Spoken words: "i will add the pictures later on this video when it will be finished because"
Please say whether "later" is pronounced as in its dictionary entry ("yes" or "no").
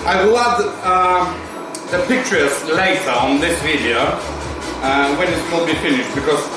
no